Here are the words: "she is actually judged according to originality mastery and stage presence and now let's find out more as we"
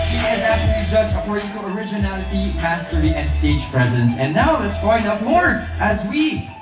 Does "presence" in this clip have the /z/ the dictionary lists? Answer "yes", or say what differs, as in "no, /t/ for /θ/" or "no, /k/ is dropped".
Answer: yes